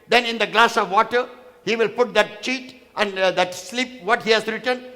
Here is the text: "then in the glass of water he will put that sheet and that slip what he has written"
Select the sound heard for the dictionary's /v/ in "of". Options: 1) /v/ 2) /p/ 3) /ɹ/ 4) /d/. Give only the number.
1